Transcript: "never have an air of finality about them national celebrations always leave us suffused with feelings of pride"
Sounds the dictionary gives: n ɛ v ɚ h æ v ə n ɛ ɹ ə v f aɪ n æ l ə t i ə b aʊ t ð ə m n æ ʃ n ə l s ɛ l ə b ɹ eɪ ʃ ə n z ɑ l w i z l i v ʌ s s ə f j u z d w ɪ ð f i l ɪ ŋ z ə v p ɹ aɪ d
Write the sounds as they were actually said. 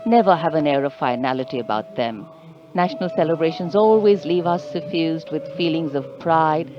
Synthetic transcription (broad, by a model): n ɛ v ɚ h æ v ə n ɛ ɹ ə v f aɪ n æ l ə t i ə b aʊ t ð ə m n æ ʃ n ə l s ɛ l ə b ɹ eɪ ʃ ə n z ɑ l w i z l i v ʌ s s ə f j u z d w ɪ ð f i l ɪ ŋ z ə v p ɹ aɪ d